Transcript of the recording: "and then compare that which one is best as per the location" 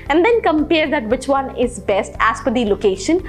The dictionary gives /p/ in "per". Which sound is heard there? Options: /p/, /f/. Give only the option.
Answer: /f/